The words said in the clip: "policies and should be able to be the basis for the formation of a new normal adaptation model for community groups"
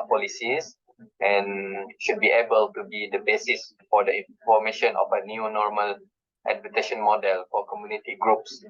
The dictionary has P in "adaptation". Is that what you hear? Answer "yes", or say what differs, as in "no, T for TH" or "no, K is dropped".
no, P is dropped